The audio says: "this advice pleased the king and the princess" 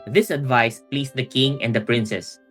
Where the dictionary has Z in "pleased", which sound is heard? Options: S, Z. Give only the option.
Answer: S